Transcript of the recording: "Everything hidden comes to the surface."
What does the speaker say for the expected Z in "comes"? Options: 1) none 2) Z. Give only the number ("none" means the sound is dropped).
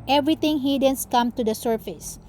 1